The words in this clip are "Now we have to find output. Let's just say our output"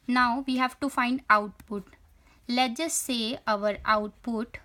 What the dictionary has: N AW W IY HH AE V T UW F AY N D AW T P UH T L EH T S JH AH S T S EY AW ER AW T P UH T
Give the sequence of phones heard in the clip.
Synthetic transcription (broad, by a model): N AW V IY HH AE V T UW F AY N D AW T P UH T L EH T JH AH S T S EY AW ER AW T P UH T